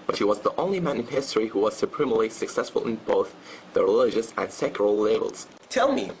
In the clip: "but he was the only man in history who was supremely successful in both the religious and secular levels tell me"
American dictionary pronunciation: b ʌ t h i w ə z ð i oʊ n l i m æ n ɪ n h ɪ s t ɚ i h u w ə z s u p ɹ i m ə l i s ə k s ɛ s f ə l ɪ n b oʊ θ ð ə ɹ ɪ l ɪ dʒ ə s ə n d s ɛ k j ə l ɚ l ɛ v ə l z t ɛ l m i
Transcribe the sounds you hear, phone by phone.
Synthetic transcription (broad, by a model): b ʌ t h i w ə z ð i oʊ n l i m æ n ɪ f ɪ s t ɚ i h u w ə z s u p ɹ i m l i s ə k s ɛ s f ə l ɪ n b oʊ θ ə ɹ ɪ l ɪ dʒ ə s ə n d s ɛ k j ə l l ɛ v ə l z t ɛ l m i